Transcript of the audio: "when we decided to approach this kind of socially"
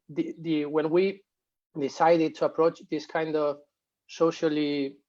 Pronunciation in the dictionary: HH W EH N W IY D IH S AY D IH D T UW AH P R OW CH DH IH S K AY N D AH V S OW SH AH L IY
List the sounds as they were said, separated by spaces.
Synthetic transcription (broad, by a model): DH W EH N W IY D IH S AY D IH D T UW AH P R OW CH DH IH S K AY N D AH V S OW SH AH L IY